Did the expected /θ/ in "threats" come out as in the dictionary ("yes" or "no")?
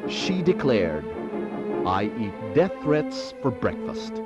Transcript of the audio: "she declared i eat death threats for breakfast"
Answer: yes